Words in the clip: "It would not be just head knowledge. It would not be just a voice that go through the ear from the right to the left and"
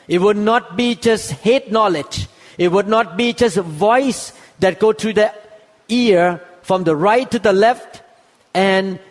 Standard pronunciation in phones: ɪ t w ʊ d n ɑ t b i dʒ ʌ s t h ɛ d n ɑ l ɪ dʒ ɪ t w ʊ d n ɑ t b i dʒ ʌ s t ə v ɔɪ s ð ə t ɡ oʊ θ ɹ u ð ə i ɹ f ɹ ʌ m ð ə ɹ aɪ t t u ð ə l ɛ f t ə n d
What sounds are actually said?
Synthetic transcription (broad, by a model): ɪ t w ʊ d n ɑ t b i dʒ ʌ s t h ɛ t n ɑ l ɪ dʒ ɪ t w ʊ d n ɑ t b i dʒ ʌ s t v ɔɪ s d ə t ɡ oʊ t ɹ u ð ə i ɹ f ɹ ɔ m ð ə ɹ aɪ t t u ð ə l ɛ f t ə n